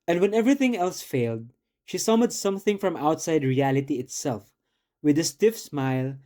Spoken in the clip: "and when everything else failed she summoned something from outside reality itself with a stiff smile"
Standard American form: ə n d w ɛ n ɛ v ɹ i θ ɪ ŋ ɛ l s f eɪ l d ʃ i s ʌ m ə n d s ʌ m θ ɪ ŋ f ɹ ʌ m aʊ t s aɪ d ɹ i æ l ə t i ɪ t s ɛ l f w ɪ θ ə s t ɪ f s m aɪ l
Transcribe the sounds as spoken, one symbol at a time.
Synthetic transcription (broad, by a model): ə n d w ɛ n ɛ v ɹ i θ ɪ ŋ ɛ l s f eɪ l d ʃ i s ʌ m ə d s ʌ m θ ɪ ŋ f ɹ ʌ m aʊ t s aɪ d ɹ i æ l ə t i ɪ t s ɛ l f w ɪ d ə s t ɪ f s m aɪ l